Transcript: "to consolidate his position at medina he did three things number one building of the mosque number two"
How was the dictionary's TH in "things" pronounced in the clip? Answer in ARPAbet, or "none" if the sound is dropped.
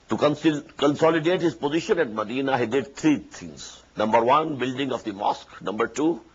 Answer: T